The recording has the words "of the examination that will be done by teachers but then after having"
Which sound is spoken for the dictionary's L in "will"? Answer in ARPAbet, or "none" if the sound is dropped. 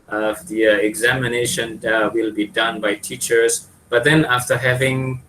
L